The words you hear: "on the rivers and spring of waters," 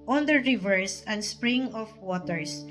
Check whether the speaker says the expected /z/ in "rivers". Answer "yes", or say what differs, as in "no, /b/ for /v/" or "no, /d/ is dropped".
no, /s/ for /z/